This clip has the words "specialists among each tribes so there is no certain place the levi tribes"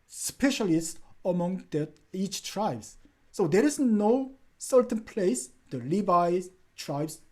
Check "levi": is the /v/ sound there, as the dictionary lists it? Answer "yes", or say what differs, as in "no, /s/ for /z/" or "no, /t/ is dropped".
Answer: no, /b/ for /v/